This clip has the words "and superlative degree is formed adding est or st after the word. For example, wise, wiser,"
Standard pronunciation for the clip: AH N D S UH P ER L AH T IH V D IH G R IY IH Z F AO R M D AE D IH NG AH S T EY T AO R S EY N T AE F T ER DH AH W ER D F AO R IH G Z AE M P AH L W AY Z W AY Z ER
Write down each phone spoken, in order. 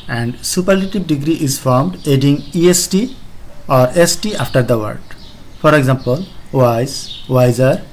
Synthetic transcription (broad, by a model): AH N D S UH P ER L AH T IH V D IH G R IY IH Z F AO R M D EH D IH NG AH S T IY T AO R EY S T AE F T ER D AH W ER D F AO R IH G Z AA M P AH L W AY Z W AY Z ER